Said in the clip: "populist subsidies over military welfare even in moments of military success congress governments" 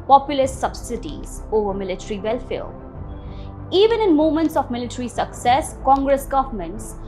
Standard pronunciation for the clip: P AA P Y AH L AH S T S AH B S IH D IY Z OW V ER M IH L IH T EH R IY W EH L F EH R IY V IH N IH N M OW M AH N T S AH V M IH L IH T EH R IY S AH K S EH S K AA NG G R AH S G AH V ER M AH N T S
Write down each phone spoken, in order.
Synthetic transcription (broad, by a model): P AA P Y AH L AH S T S AH B S IH D IY Z OW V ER M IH L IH T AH R IY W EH L F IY L IY V IH N IH N M OW M AH N T S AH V M IH L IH T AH R IY S AH K S EH S K AA NG G R AH S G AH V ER M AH N T S